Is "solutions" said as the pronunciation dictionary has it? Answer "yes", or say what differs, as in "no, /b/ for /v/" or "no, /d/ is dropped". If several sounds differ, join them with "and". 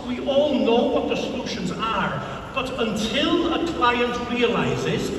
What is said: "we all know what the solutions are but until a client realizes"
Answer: yes